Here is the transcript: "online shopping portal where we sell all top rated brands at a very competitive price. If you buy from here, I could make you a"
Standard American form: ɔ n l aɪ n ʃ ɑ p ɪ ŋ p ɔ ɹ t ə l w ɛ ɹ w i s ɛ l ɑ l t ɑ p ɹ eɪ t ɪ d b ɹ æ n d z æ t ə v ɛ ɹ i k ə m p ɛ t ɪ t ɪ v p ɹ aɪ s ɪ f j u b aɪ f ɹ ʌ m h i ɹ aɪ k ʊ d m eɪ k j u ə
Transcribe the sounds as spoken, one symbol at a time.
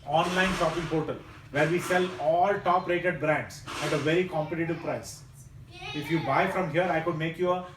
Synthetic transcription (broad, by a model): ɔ n l aɪ n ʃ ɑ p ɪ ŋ p ɔ ɹ t ə l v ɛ ɹ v i s ɛ l ɑ l t ɑ p ɹ eɪ t ɪ d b ɹ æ n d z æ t ə v ɛ ɹ i k ə m p ɛ t ɪ t ɪ v p ɹ aɪ s ɪ f j u b aɪ f ɹ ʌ m h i ɹ aɪ k ʊ d m eɪ k j u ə